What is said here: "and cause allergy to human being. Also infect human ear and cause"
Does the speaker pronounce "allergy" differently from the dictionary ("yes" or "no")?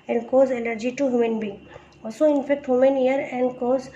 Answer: yes